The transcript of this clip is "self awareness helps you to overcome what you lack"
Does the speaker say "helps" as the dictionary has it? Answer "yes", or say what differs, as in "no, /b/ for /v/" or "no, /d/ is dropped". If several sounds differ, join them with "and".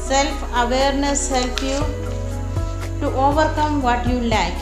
no, /s/ is dropped